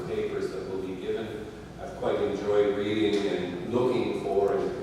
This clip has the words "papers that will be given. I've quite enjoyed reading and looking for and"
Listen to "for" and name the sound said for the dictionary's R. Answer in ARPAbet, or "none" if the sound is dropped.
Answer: W